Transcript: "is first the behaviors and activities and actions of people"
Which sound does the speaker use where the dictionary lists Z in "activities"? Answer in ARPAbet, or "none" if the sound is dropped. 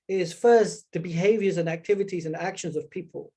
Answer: Z